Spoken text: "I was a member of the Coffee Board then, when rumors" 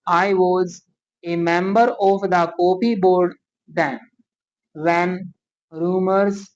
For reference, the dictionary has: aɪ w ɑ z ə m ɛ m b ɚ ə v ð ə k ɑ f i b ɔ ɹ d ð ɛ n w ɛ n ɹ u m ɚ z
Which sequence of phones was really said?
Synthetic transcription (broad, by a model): aɪ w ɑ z ə m ɛ m b ɚ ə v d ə k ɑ p i b ɔ ɹ d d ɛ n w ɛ n ɹ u m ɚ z